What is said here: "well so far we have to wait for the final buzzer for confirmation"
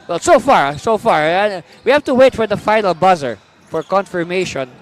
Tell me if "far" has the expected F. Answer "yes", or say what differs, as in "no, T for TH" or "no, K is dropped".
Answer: yes